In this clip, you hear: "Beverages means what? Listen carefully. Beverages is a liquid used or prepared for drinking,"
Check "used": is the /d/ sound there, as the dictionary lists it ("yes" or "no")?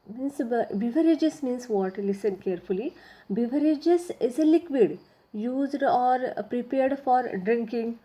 yes